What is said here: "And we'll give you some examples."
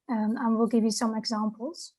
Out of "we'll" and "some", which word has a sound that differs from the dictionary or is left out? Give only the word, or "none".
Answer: none